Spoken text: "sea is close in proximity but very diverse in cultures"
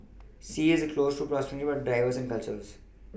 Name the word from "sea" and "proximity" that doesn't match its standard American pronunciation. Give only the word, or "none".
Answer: proximity